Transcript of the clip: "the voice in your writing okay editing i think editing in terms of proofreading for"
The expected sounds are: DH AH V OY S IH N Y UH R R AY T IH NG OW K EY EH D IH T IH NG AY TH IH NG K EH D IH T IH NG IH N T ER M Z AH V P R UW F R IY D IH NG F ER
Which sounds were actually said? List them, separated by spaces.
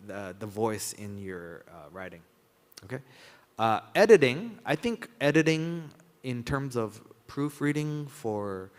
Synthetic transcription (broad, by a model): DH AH V OY S IH N Y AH R R AY T IH NG OW K EY EH D IH T IH NG AY TH IH NG K EH D IH T IH NG IH N T ER M Z AH V P R UW F R IY D IH NG F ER